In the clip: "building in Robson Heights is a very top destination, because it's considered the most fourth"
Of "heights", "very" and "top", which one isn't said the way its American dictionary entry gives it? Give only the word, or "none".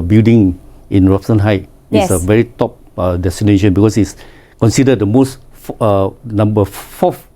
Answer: heights